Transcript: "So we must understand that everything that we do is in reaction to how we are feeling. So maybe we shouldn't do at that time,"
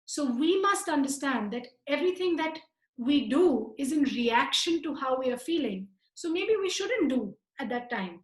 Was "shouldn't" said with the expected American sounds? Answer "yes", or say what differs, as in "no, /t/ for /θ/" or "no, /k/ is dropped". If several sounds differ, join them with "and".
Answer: yes